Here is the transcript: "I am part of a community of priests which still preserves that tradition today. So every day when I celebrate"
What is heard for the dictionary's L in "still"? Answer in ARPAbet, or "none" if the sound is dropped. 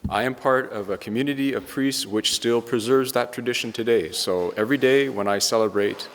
L